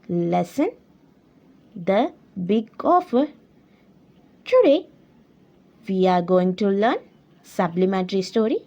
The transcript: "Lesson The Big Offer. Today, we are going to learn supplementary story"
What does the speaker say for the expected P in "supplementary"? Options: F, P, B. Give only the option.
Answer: B